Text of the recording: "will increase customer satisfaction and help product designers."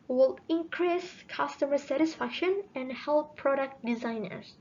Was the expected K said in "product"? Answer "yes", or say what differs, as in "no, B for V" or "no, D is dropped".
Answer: yes